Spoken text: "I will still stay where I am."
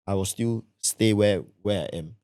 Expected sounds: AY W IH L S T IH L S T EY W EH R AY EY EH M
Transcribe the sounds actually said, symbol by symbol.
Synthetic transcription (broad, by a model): AY W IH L S T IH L S T EY W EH W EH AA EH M